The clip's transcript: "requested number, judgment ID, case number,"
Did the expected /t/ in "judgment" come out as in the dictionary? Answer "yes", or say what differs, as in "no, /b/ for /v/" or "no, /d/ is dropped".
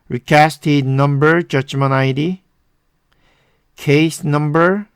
no, /t/ is dropped